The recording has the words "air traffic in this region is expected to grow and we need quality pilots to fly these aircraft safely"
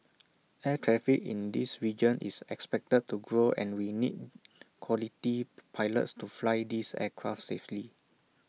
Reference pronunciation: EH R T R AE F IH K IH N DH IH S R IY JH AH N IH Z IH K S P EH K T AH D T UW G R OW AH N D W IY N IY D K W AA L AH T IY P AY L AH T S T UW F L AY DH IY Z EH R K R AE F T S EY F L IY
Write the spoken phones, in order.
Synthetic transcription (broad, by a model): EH T R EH F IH K IH N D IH S R IY JH AH N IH S IH K S P EH K T AH D T UW G R OW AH N W IY N IY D K W AA L AH T IY P AY L AH T S T UW F L AY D IY S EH K R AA F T S EY F L IY